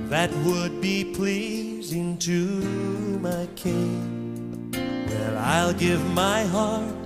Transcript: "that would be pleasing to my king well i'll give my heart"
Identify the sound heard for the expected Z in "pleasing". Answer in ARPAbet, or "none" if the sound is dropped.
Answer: Z